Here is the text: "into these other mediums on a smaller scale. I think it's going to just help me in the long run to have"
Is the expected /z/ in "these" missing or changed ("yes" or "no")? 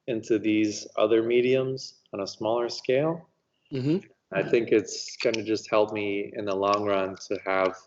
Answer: no